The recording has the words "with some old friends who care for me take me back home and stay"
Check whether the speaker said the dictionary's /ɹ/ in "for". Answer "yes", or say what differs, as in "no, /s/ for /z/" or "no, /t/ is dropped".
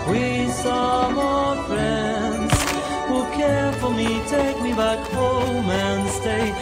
no, /l/ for /ɹ/